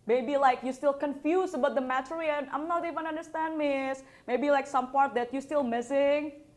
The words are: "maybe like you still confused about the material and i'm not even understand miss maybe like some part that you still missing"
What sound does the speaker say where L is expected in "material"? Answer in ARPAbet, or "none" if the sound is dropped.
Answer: N